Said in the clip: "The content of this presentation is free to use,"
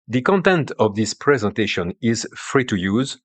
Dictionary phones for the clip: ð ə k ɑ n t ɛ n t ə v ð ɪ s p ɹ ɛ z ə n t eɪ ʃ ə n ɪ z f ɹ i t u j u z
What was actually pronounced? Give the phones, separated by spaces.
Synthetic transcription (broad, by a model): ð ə k ɑ n t ɛ n t ə v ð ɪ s p ɹ ɛ z ə n t eɪ ʃ ə n ɪ z f ɹ i t u j u z